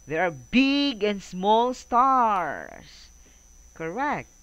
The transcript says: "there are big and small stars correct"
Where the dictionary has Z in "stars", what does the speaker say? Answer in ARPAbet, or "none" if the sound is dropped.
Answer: S